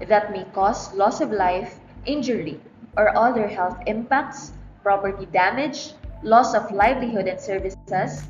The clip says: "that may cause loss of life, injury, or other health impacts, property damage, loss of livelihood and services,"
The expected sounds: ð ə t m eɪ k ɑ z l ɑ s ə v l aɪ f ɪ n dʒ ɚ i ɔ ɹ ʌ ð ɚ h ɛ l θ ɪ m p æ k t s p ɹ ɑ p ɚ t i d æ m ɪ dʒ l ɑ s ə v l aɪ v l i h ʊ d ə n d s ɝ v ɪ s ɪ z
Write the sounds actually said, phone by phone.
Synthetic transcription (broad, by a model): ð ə t m eɪ k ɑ s l ɑ s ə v l aɪ f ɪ n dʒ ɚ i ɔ ɹ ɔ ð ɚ h ɛ l θ ɪ m p æ k t s p ɹ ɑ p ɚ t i d æ m ɪ dʒ l ɑ s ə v l aɪ v l i h ʊ d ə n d s ɝ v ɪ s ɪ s